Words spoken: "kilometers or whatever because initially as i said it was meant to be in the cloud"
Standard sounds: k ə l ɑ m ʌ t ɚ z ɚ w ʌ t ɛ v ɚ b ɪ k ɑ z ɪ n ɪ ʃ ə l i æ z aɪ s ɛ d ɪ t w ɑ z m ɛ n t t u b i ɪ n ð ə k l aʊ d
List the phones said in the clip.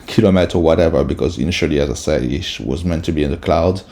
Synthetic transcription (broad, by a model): k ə l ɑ m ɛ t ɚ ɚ w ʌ t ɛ v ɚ b ɪ k ɑ z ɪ n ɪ ʃ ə l i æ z aɪ s ɛ d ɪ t w ɑ z m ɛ n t t u b i ɪ n ð ə k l aʊ d